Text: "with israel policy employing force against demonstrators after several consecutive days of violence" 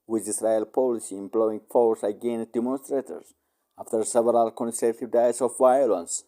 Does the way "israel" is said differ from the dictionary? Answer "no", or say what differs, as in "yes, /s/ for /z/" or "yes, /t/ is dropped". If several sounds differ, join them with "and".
yes, /s/ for /z/